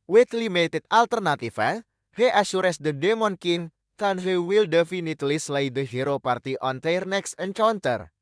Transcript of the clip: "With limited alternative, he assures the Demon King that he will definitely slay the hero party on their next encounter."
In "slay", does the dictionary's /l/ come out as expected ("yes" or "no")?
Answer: yes